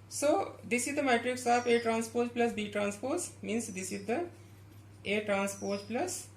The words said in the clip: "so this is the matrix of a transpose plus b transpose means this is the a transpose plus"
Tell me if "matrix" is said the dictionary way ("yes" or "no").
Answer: yes